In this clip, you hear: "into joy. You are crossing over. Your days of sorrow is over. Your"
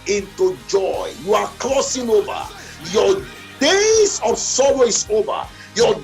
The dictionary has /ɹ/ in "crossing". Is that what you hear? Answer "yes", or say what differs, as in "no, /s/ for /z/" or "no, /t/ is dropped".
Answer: no, /l/ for /ɹ/